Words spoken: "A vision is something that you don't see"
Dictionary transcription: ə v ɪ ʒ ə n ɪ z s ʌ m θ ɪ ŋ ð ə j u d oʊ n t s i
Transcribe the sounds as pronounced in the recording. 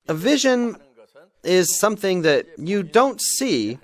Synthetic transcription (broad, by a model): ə v ɪ ʒ ə n ɪ z s ʌ m θ ɪ ŋ ð ə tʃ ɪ d oʊ n t s i